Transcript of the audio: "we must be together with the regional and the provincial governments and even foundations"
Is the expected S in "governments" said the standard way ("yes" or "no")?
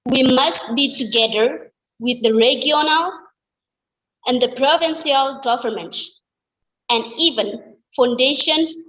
no